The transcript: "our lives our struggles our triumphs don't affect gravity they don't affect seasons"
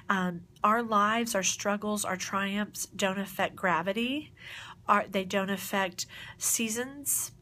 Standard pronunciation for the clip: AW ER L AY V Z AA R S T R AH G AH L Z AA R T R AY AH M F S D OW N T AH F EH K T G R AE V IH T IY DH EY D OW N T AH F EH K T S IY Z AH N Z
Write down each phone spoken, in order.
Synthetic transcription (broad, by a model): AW ER L AY V Z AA R S T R AH G L Z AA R T R AY AH M F S D OW N T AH F EH K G R AE V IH T IY DH EY D OW N T AH F EH K T S IY Z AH N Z